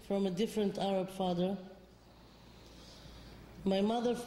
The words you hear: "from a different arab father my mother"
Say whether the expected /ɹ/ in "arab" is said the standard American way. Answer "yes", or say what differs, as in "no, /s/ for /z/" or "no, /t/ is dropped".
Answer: yes